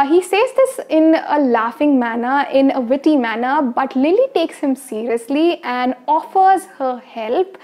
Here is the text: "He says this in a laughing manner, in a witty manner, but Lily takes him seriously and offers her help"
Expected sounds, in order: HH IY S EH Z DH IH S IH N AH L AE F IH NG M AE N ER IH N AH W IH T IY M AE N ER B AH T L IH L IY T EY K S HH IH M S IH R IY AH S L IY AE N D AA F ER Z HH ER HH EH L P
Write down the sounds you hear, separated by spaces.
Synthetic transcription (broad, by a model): HH IY S EH Z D IH S IH N AH L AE F IH NG M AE N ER IH N AH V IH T IY M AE N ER B AH T L IH L IY T EY K S HH IH M S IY R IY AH S L IY AE N D AA F ER Z HH ER HH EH L P